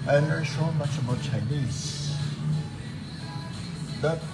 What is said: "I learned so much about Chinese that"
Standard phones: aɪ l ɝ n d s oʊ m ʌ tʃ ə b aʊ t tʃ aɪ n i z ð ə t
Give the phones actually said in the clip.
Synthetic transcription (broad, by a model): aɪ n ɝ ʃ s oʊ m ʌ tʃ ə b aʊ t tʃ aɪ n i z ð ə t